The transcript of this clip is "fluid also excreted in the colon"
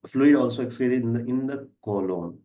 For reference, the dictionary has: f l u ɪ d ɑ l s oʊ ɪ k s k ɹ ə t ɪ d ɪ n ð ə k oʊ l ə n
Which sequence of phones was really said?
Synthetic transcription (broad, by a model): f l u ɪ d ɑ l s oʊ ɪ k s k l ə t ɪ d ɪ n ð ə k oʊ l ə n